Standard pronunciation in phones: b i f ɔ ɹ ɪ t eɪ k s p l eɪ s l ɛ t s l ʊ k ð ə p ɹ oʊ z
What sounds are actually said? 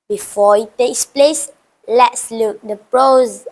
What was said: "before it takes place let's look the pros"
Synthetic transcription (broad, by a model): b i f ɔ ɪ t eɪ k s p l eɪ s l ɛ t s l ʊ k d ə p ɹ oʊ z